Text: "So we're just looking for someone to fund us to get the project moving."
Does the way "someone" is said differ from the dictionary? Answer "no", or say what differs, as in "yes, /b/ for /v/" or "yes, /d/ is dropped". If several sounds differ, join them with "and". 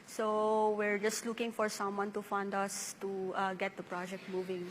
no